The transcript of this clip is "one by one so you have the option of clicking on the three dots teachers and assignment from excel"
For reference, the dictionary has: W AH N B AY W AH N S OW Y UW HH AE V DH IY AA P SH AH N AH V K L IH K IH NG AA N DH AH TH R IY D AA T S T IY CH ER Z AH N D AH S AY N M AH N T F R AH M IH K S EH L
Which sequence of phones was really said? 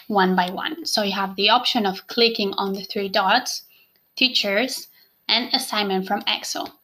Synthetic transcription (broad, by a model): W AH N B AY W AH N S OW Y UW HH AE V DH IY AA P SH AH N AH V K L IH K IH NG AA N DH AH TH R IY D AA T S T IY CH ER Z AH N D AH S AY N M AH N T F R AH M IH K S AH L